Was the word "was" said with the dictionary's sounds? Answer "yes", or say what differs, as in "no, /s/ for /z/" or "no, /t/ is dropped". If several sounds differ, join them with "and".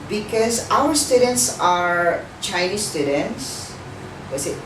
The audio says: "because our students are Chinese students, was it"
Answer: no, /s/ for /z/